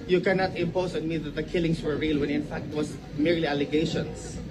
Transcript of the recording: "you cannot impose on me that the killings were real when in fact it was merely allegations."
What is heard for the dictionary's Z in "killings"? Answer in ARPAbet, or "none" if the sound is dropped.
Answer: S